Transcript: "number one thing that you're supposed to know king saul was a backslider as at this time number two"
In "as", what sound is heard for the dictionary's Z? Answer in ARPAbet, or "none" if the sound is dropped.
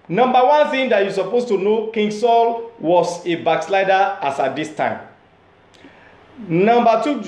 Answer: S